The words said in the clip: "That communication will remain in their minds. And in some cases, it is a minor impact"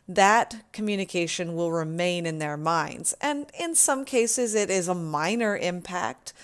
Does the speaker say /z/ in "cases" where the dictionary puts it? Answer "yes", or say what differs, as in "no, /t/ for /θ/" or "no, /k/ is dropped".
yes